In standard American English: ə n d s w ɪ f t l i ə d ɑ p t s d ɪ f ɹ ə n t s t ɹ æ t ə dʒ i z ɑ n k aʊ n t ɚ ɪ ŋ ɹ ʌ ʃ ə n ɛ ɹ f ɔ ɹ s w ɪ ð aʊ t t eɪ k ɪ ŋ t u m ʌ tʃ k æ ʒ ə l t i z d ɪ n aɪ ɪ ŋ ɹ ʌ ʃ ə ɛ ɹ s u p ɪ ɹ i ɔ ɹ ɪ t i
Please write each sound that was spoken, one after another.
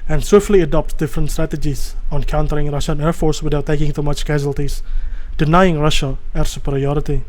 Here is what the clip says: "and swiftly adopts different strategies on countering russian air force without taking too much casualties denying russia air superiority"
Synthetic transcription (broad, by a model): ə n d s w ɪ f t l i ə d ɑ p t d ɪ f ɹ ə n t s t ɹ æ t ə dʒ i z ɑ n k aʊ n t ɚ ɪ ŋ ɹ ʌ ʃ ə n ɛ ɹ f ɔ ɹ s w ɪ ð aʊ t t eɪ k ɪ ŋ t u m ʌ tʃ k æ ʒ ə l t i s d ɪ n aɪ ɪ ŋ ɹ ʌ ʃ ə ɛ ɹ s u p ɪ ɹ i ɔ ɹ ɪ t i